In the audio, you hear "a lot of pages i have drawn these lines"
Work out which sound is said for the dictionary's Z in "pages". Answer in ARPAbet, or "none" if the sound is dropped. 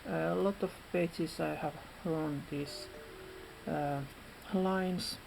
S